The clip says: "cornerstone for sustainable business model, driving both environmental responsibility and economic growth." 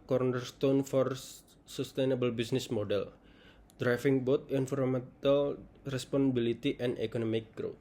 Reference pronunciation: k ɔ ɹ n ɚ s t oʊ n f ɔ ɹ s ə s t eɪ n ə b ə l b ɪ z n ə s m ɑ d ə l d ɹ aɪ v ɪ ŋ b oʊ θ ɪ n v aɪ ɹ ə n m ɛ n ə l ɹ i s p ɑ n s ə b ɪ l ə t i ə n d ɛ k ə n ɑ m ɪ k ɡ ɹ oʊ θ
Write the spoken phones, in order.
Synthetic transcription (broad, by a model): k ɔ ɹ n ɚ s t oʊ n f ɔ ɹ s ə s t eɪ n ə b ə l b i s n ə s m ɑ d ə l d ɹ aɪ f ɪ ŋ b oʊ t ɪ n f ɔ ɹ m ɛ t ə l ɹ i s p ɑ n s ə b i l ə t i ə n d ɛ k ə n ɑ m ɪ k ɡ ɹ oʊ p